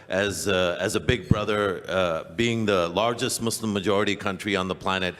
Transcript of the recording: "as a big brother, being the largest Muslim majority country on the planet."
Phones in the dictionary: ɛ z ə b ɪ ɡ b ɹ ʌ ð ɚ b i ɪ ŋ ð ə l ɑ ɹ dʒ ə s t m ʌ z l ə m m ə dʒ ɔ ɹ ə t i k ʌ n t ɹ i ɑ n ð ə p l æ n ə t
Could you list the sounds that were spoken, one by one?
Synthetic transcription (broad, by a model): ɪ z ə b ɪ ɡ b ɹ ʌ ð ɚ b i ɪ ŋ ð ə l ɑ ɹ dʒ ə s t m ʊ s l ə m m ə dʒ ɔ ɹ ə t i k ʌ n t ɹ i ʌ n ð ə p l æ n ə t